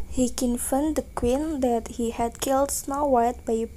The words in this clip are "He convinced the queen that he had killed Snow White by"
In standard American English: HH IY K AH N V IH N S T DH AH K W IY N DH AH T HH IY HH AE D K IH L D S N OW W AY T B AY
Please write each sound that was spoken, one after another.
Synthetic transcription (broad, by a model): HH IY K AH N F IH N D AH K W IY N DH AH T HH IY HH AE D K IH L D S N OW W AY T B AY